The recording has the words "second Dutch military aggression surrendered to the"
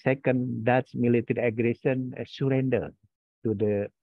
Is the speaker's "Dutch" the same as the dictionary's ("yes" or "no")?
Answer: no